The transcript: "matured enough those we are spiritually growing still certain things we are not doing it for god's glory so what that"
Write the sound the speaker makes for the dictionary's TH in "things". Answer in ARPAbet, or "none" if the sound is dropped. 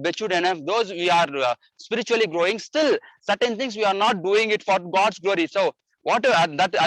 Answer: T